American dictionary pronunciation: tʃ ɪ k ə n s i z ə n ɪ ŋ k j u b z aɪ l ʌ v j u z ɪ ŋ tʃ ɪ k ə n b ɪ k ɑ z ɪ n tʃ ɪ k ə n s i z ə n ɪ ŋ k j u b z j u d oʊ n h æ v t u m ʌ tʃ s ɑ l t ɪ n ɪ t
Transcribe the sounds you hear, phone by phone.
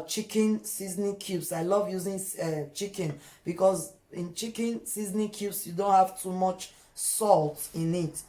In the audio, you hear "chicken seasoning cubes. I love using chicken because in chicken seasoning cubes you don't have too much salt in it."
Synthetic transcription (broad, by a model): tʃ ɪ k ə n s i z n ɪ k j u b s aɪ l ʌ v j u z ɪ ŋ tʃ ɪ k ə n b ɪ k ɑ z ɪ n tʃ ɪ k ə n s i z n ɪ k j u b s j u d oʊ n h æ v t u m ʌ tʃ s ɑ l t ɪ n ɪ t